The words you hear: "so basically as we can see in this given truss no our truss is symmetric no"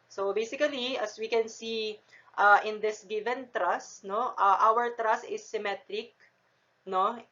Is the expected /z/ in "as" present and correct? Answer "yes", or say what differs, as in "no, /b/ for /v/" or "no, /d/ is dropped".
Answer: no, /s/ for /z/